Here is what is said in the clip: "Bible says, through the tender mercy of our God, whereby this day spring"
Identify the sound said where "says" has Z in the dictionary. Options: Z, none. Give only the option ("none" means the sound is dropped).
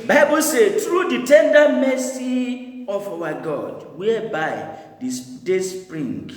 none